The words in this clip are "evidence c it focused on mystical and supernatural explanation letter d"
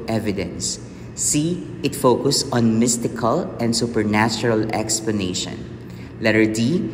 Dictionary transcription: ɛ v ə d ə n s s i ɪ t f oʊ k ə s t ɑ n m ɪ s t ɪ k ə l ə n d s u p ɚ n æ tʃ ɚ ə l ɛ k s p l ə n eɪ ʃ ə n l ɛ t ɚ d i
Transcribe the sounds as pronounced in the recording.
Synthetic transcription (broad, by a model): ɛ v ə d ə n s s i ɪ t f oʊ k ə s ɑ n m ɪ s t ɪ k ə l ə n d s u p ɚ n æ tʃ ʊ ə l ɛ k s p l ə n eɪ ʃ ə n l ɛ t ɚ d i